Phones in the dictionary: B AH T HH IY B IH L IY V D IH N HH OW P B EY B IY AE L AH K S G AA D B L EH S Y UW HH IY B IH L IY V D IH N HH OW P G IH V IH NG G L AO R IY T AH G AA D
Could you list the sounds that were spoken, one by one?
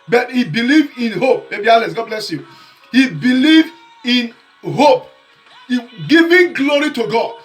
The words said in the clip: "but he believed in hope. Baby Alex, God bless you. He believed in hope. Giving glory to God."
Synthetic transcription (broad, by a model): B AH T HH IY B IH L IY V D IH N HH OW P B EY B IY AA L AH S G AA D B L EH S Y UW HH IY B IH L IY V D IH N HH OW P G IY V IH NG G L AO R IY T AH G AA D